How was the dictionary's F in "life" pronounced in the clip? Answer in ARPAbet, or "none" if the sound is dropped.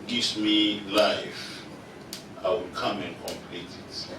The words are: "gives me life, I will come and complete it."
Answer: F